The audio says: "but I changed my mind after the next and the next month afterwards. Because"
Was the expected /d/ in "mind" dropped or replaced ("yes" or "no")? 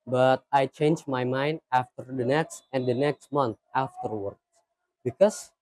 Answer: no